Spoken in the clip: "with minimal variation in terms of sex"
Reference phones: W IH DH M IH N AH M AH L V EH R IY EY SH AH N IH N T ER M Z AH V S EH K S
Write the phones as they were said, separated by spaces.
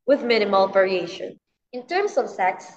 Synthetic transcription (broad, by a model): W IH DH M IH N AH M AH L V EH R IY EY SH AH N IH N T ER M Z AH V S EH K S